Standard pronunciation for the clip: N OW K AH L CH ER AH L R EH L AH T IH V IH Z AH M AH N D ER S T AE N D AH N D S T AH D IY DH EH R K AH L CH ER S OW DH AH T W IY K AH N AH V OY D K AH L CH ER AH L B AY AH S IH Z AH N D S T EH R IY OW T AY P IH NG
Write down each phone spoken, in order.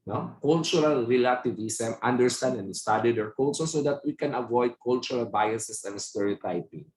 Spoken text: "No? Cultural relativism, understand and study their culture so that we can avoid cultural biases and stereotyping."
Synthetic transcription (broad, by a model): N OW K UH L CH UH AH L R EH L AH T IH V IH S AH M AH N D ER S T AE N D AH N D S T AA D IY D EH R K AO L S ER S OW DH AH T W IY K AH N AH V OY D K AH L CH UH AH L B AY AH S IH S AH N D S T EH R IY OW T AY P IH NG